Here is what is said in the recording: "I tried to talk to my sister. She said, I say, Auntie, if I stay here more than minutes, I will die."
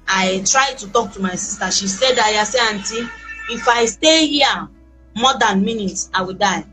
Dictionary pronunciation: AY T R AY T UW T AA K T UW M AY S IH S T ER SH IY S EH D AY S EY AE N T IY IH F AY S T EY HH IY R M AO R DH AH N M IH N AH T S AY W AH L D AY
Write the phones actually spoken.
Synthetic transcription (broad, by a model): AY T R AY T UW T AA K T UW M AY S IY S T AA SH IY S EH D AY S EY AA N T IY IH F AY S T EY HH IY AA M AO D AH N M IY N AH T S AY W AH D AY